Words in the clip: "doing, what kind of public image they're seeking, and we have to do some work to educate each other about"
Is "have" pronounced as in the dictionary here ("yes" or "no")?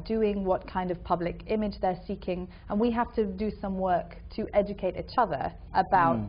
no